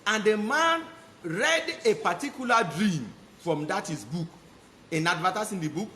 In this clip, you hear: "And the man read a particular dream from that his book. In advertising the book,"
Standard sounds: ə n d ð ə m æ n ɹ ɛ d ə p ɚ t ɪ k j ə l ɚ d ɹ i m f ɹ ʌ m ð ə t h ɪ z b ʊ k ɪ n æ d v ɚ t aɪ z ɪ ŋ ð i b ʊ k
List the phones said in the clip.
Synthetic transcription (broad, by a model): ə n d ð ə m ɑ n ɹ ɛ d ə p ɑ t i k j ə l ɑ d ɹ i m f ɹ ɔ m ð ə t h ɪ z b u k ɪ n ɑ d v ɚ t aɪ s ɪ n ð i b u k